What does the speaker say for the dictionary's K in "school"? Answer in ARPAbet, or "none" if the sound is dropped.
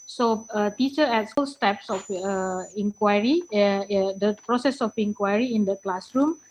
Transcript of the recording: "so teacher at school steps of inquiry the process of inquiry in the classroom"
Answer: none